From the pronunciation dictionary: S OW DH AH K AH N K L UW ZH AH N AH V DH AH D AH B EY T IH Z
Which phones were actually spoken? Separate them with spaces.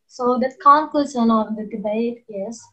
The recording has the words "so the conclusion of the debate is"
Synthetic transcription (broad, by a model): S OW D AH K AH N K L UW S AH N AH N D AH D AH B EY T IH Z